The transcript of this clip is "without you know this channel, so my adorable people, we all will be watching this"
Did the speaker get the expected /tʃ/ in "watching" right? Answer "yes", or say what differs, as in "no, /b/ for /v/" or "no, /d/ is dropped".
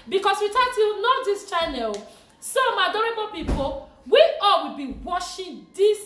no, /ʃ/ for /tʃ/